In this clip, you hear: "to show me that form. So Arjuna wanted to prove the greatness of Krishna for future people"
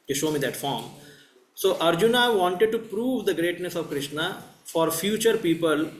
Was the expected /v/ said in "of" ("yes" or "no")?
yes